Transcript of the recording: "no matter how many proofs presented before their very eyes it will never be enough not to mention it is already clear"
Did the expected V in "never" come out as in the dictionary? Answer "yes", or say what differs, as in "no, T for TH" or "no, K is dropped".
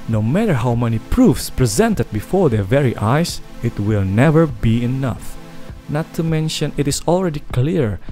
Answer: yes